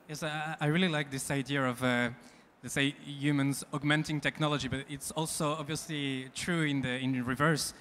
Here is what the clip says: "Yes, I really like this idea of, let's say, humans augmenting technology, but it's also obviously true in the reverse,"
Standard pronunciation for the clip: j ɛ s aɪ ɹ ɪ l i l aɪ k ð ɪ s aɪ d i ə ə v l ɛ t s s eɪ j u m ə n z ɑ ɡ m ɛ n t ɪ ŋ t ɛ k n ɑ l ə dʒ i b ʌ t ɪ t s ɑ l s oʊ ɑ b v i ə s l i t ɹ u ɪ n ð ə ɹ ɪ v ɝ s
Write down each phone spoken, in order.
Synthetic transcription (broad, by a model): j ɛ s aɪ ɹ ɪ l i l aɪ k ð ɪ s aɪ d i ə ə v l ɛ t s s eɪ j u m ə n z ɑ ɡ m ɛ n t ɪ ŋ t ɛ k n ɑ l ə dʒ i b ʌ t ɪ t s ɑ l s oʊ ɑ b v i ə s l i t ɹ u ɪ n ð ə ɹ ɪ v ɝ s